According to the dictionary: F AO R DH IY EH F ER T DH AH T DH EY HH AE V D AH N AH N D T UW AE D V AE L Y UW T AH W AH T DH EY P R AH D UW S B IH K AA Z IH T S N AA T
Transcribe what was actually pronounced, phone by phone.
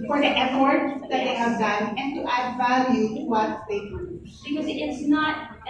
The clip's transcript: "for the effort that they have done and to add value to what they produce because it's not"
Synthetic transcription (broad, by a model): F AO R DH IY EH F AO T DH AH T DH EY HH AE V D AH N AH N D T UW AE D V AE L Y UW W AH T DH EY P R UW B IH K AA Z IH T S N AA T